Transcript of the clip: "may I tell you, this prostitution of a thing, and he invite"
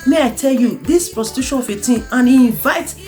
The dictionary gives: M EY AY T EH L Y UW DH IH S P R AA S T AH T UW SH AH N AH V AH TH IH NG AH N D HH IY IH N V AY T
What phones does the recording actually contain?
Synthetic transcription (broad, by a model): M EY AY T EH L Y UW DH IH S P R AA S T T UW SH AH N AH F AH T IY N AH N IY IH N V AY T